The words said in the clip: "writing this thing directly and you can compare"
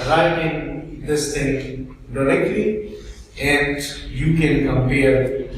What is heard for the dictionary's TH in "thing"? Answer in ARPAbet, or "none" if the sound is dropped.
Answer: T